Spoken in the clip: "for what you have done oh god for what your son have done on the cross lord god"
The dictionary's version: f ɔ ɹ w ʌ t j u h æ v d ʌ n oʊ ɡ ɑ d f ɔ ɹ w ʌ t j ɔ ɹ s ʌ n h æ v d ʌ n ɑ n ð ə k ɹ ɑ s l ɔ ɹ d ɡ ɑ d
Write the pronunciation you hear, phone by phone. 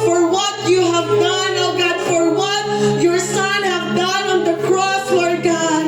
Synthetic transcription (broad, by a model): f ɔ ɹ w ʌ t j u h æ v d ʌ n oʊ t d f ɔ ɹ w ʌ t j ɔ ɹ s ʌ n h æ v d ʌ n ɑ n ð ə k ɹ ɑ s w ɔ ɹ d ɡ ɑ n